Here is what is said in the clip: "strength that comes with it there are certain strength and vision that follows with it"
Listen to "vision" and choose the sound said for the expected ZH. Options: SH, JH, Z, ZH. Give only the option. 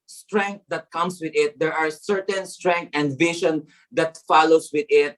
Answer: SH